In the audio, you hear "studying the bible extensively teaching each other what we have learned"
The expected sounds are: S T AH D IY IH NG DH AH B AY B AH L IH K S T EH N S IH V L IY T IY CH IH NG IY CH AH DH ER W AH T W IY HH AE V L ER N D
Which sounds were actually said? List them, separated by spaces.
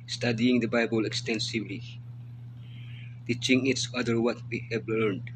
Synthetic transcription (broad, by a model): S T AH D IY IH NG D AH B AY B AH L IH K S T EH N S IH V L IY T IY CH IH NG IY S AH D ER W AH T W IY HH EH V L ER N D